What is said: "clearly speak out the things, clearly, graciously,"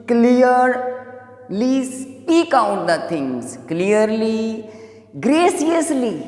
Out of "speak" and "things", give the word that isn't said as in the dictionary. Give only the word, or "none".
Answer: things